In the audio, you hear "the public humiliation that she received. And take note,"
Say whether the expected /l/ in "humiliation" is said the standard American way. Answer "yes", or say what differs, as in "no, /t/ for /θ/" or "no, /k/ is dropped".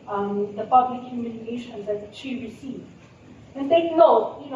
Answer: no, /n/ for /l/